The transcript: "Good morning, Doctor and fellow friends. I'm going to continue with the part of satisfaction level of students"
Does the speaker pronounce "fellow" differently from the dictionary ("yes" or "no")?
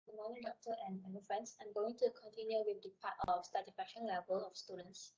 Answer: yes